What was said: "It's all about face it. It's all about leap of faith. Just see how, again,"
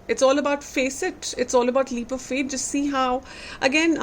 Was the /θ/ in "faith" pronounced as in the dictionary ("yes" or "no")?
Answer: no